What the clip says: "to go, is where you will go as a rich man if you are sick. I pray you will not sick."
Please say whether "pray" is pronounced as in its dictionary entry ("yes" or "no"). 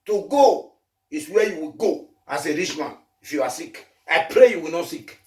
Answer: yes